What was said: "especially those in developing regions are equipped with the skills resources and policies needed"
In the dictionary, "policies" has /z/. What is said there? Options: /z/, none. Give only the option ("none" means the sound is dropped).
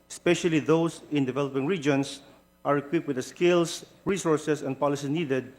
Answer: none